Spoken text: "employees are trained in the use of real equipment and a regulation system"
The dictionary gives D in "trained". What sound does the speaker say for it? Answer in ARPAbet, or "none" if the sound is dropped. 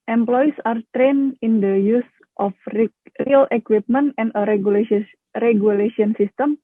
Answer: none